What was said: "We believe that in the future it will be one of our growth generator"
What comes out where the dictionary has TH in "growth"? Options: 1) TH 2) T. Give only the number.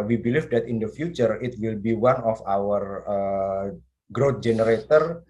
2